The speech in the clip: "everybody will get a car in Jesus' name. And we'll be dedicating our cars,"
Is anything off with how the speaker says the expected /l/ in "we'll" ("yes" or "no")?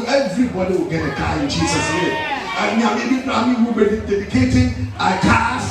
yes